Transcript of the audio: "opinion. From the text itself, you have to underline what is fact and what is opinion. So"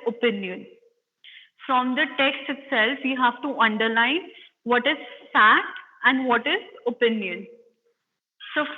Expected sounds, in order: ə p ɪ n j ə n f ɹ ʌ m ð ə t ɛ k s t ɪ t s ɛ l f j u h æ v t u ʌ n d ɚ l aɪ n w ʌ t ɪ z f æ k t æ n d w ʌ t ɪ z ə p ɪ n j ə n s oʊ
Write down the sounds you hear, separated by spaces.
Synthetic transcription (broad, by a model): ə p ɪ n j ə n f ɹ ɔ m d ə t ɛ k s t ɪ t s ɛ l f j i h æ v t u ʌ n d ɚ l aɪ n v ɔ t ɪ z f æ k t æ n d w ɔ t ɪ z ə p ɪ n j ə n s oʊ